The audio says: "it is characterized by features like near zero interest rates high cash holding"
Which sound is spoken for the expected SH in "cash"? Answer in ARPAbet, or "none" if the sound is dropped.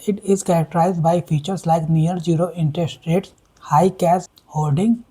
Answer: S